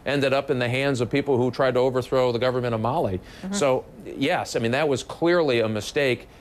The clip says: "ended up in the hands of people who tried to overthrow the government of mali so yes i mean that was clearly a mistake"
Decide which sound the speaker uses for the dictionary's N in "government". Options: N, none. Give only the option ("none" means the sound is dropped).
none